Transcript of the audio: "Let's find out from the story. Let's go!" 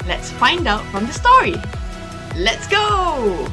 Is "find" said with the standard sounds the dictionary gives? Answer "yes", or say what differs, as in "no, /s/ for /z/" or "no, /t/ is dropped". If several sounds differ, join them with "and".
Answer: yes